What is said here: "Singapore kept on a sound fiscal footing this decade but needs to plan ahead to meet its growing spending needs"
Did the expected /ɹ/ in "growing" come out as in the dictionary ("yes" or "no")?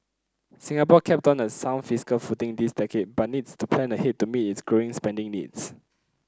yes